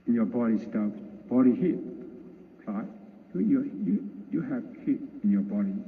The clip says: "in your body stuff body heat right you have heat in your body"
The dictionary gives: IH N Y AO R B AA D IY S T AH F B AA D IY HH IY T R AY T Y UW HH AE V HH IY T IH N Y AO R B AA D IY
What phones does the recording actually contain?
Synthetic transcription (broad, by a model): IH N Y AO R B AA D IY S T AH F B AA D IY HH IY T L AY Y Y UW HH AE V HH IY T IH N Y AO B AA D IY